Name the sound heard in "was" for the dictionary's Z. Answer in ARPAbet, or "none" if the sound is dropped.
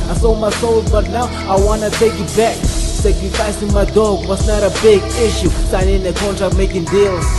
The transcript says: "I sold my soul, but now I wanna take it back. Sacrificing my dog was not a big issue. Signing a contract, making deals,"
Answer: S